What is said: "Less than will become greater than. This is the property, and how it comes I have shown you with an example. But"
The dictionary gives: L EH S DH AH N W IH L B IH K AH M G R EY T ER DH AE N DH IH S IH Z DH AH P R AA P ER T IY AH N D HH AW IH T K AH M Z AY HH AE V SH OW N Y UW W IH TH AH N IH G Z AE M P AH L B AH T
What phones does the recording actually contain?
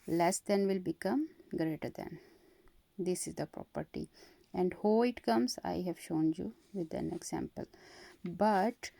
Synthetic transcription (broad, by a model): L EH S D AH N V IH L B IH K AH M G R EY T ER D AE N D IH S IH Z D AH P R AA P ER T IY AH N D HH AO IH T K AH M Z AY HH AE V SH OW N Y UW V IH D AH N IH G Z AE M P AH L B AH T